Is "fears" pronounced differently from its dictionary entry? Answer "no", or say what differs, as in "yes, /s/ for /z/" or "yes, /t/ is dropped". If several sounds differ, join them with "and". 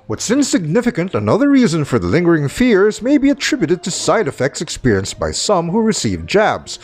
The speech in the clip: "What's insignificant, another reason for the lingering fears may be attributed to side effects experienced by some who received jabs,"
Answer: no